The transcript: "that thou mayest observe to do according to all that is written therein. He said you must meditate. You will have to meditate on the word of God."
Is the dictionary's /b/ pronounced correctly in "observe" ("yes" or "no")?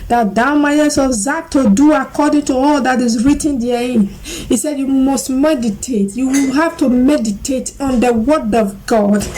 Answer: no